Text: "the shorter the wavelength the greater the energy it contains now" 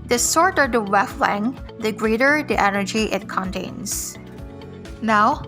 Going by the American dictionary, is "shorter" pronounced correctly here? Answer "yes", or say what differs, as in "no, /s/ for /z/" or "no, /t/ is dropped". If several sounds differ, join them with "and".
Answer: no, /s/ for /ʃ/